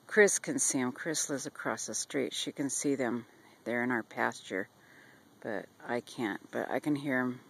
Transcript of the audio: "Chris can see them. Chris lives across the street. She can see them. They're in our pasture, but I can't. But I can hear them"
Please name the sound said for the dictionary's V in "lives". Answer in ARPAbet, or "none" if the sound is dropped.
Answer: none